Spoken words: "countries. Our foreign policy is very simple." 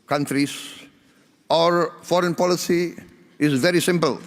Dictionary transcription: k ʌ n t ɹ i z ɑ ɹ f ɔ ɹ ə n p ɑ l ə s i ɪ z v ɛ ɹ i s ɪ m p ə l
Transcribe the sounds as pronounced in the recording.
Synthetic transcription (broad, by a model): k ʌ n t ɹ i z ɑ ɹ f ɔ ɹ ə n p ɑ l ə s i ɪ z v ɛ ɹ i s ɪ m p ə l